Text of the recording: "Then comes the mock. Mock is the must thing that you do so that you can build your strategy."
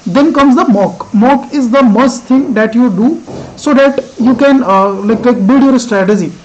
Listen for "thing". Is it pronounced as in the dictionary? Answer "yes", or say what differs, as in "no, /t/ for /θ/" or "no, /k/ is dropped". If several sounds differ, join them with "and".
no, /t/ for /θ/